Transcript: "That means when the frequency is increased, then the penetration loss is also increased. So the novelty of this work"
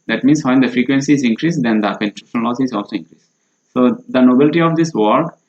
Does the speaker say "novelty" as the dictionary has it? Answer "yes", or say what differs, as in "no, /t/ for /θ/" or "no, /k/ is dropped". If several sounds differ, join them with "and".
no, /b/ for /v/